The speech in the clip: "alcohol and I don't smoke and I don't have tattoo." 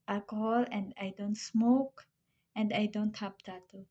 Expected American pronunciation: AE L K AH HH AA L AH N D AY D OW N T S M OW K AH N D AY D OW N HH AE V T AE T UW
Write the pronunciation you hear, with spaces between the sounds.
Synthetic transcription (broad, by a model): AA L K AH HH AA L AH N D AY D OW N T S M OW K AH N D AY D OW N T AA P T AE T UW